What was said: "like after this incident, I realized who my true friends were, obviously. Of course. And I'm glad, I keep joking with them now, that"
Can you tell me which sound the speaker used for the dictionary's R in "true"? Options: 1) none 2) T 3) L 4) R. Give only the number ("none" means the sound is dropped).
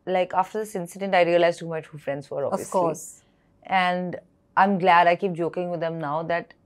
1